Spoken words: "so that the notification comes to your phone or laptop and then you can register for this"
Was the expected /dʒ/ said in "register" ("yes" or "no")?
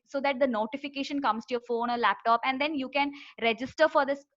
yes